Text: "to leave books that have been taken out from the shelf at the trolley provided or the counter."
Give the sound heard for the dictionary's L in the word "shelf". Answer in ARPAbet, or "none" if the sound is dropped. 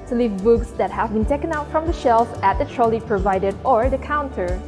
L